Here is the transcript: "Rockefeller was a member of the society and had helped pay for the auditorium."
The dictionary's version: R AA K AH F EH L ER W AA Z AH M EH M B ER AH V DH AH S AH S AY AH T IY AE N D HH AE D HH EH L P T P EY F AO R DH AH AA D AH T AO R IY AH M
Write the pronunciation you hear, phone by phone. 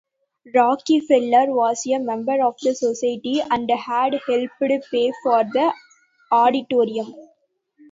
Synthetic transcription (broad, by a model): R AA K AH F EH L ER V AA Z AH M EH M B ER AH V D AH S AH S AY AH T IY AE N D HH AE D HH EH L P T P EY F AO R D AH AA D AH T AO R IY AH M